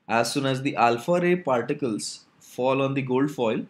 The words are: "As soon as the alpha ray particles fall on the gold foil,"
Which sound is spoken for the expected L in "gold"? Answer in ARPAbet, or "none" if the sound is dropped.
L